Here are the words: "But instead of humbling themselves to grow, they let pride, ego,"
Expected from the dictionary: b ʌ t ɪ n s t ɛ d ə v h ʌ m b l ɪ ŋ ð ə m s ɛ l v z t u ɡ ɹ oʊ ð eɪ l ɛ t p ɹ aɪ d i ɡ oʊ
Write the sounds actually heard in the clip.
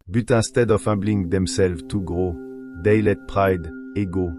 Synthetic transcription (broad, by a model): b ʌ t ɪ s t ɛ d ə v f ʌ b l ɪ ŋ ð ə m s ɛ l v t u ɡ ɹ oʊ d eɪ l ɛ t p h aɪ d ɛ ɡ oʊ